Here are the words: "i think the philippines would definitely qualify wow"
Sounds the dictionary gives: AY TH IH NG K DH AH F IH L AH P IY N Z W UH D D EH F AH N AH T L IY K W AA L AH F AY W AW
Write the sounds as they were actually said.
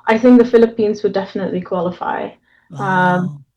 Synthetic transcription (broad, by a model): AY TH IH NG K DH AH F IH L AH P IY N Z W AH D D EH F AH N AH T L IY K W AA L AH F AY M